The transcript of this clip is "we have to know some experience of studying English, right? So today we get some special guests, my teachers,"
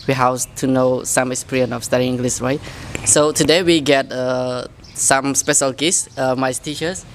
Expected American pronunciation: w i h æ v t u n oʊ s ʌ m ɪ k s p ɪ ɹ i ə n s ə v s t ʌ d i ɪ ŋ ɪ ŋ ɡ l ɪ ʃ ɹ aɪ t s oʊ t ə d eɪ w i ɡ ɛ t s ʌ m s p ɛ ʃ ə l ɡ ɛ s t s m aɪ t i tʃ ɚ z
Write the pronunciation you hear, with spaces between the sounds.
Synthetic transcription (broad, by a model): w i h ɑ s t u n oʊ s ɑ m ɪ k s p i ɹ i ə n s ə f s t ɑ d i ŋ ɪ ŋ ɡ l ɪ s ɹ aɪ t s oʊ t ə d eɪ w i ɡ ɛ t s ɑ m s p ɛ ʃ ə l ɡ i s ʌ m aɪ t i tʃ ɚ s